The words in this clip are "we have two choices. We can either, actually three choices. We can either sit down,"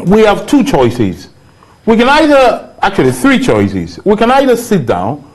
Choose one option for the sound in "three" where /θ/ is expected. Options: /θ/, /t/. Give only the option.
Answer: /θ/